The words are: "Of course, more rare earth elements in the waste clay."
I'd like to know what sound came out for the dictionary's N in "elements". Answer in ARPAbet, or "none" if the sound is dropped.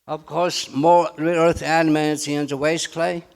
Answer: none